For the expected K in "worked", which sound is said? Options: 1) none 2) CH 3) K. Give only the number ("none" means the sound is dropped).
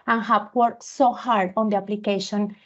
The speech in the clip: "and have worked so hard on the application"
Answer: 1